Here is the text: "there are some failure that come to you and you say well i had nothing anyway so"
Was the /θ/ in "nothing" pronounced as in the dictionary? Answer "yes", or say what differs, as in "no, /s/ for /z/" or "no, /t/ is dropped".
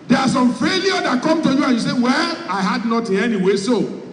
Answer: no, /t/ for /θ/